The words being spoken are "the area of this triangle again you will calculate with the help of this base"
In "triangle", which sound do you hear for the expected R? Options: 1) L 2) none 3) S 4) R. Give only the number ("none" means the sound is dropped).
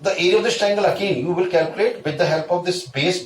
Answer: 2